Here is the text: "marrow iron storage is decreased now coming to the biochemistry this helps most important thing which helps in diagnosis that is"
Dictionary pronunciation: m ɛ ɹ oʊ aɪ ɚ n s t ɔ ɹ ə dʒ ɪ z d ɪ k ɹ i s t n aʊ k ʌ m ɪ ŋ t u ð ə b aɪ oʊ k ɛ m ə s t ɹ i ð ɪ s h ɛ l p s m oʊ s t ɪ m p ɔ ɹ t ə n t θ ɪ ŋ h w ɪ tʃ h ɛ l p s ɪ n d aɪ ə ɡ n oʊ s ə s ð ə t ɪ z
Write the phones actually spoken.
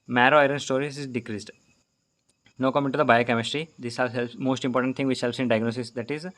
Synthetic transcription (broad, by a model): m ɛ ɹ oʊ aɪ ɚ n s t ɔ ɹ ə z ɪ z d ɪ k ɹ i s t n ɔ k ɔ m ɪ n t u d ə b aɪ oʊ k ɛ m ə s t ɹ i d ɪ s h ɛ l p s m oʊ s t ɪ m p ɔ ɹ t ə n t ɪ ŋ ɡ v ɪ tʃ h ɛ l p s ɪ n d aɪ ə ɡ n oʊ s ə s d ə t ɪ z